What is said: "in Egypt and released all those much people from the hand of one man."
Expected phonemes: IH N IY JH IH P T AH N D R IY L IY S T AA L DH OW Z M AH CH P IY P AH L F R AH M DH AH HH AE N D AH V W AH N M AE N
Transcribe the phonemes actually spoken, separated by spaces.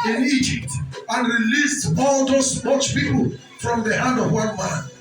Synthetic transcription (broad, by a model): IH N IY JH IH P T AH N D R IY L IY S T AA L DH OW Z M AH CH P IY P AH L F R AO M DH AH HH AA N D AH V W AH N M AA N